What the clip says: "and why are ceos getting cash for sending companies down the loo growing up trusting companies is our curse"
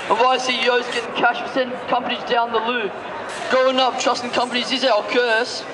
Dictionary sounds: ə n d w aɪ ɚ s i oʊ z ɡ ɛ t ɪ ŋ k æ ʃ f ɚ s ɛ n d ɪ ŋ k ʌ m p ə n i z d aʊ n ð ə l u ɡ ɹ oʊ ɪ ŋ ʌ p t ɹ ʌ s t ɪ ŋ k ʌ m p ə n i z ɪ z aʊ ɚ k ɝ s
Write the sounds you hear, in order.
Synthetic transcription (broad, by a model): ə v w aɪ s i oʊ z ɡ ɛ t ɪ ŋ k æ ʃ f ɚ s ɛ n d k ʌ m p ə n i z d aʊ n ð ə l u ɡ oʊ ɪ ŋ ʌ p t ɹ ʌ s t ɪ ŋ k ʌ m p ə n i z ɪ z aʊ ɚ k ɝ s